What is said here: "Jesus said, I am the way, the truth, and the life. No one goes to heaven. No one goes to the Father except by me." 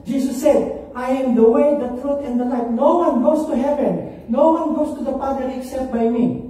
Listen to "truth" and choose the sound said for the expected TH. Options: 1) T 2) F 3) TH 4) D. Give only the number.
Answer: 1